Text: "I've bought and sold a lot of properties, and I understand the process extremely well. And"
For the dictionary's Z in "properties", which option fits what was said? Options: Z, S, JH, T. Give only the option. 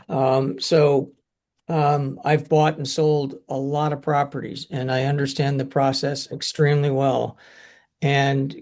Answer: Z